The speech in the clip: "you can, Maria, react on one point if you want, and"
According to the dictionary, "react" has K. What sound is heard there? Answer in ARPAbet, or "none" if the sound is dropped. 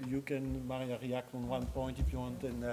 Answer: K